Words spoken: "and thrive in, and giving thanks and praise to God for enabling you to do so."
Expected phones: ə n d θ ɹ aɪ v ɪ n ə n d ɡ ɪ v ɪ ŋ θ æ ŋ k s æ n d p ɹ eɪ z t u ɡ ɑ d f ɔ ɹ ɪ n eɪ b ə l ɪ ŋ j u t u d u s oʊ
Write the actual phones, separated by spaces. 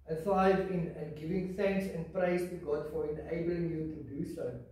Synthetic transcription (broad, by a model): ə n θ aɪ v ɪ n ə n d ɡ ɪ v ɪ ŋ θ æ ŋ k s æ n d p ɹ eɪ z t u ɡ ɑ d f ɔ ɹ ɪ n eɪ b ə l ɪ ŋ j u t u d u s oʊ